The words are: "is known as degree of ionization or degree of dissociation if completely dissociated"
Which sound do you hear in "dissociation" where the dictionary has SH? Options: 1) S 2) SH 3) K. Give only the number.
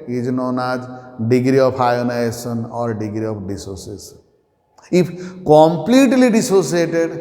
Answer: 1